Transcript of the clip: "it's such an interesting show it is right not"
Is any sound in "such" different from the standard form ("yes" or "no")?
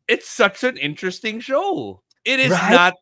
no